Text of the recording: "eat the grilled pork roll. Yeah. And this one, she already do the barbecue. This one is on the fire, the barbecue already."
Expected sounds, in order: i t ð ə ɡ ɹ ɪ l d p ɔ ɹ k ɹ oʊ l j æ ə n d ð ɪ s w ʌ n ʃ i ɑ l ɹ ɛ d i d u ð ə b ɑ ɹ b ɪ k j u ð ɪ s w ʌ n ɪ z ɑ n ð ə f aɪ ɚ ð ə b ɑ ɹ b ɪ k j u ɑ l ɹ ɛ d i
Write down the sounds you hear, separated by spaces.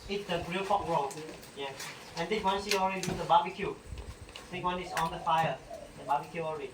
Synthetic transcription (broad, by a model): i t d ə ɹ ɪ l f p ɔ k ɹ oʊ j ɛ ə n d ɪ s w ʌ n s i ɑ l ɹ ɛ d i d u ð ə b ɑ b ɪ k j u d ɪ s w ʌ n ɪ s ɑ n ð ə f aɪ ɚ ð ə b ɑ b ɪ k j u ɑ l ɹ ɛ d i